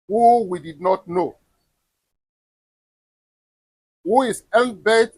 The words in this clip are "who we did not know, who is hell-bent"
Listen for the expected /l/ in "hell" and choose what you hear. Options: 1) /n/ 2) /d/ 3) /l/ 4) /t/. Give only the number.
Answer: 1